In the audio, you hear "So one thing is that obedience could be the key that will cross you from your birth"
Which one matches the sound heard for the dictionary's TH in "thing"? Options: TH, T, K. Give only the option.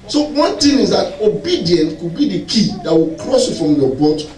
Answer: T